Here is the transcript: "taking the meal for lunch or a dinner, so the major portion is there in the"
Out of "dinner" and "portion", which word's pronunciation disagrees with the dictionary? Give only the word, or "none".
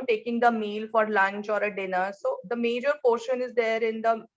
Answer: none